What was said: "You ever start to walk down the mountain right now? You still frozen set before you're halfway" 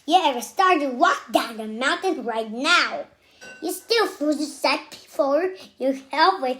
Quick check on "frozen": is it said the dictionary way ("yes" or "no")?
no